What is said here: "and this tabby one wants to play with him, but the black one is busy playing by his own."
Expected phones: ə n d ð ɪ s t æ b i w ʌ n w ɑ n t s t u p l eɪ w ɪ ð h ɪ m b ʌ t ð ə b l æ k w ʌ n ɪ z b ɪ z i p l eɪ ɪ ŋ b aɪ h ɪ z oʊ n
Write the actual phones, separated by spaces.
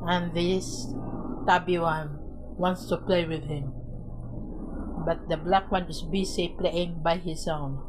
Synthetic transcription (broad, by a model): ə n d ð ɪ s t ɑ b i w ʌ n w ɑ n t s t u p l eɪ w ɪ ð h ɪ m b ʌ t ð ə b l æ k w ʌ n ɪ s b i s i p l eɪ ɪ ŋ b aɪ h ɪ s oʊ n